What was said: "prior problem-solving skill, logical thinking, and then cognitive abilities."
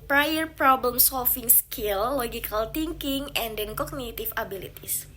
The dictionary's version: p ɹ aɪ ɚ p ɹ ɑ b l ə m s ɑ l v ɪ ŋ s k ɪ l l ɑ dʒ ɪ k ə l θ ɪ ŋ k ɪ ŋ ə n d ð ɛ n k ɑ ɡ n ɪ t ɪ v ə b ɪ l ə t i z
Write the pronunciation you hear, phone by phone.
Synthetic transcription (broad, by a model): p ɹ aɪ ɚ p ɹ ɑ b l ə m s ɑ l f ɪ ŋ s k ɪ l l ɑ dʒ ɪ k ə l t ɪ ŋ k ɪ ŋ ə n d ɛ n k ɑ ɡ n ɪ t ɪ f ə b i l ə t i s